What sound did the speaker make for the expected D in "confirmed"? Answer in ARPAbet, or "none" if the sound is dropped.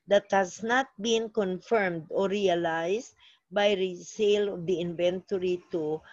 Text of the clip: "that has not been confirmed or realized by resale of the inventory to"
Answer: D